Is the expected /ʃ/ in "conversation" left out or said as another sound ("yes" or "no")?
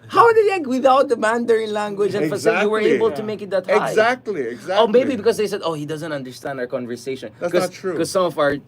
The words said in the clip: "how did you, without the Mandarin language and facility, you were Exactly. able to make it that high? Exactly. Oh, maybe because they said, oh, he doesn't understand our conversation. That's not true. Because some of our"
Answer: no